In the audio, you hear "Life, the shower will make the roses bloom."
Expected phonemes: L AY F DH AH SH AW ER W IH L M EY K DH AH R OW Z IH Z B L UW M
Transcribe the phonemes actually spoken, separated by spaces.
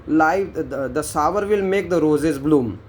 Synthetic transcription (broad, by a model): L AY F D AH S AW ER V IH L M EY K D AH R OW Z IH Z B L UW M